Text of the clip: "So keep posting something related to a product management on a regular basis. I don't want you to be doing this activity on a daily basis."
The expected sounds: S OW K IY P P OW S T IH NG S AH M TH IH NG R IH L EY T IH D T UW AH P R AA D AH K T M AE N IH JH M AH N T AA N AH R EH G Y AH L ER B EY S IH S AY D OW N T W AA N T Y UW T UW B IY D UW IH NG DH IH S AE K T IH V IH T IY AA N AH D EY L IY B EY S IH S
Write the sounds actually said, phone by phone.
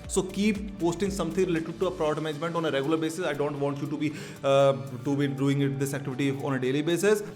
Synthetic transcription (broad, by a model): S OW K IY P P OW S T IH NG S AH M T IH NG R IH L EY T IH D T UW AH P R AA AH T M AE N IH JH M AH N T AA N AH R EH G Y AH L ER B EY S IH S AY D OW N T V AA N T Y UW T UW B IY D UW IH NG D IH S AE K T IH V IH T IY AA N AH D EY L IY B EY S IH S